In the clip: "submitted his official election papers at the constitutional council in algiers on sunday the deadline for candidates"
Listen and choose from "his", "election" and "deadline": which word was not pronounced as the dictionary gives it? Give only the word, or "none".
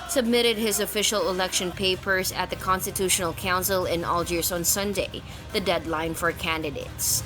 none